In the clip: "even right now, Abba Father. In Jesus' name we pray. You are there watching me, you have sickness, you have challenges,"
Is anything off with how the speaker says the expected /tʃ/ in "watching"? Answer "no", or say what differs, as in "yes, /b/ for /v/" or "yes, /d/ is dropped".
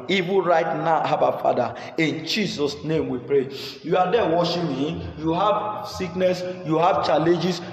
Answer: yes, /ʃ/ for /tʃ/